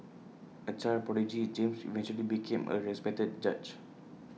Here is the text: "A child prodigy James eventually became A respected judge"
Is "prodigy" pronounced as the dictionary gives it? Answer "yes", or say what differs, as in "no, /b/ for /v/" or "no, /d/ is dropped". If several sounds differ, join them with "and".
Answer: no, /ɹ/ is dropped